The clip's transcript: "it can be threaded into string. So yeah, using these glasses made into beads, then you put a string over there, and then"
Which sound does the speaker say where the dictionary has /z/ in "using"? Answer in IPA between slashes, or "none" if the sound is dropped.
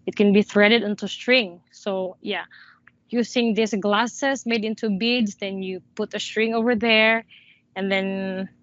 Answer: /s/